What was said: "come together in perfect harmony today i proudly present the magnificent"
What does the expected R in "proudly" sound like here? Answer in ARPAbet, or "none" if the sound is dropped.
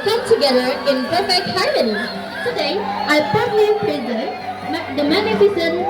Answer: none